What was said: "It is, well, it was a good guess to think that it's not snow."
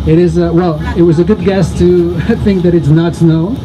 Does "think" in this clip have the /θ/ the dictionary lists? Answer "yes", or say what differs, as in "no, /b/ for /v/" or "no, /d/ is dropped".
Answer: yes